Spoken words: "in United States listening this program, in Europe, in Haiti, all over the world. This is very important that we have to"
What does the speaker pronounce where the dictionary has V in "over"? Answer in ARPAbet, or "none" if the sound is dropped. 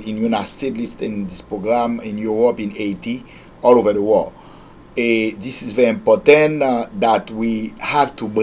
V